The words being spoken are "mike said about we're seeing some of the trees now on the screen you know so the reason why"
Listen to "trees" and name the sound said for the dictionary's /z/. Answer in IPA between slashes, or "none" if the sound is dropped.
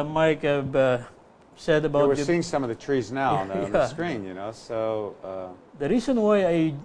/z/